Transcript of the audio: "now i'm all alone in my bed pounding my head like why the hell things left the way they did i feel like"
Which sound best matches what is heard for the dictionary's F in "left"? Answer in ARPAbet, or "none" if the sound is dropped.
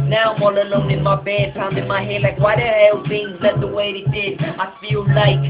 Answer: none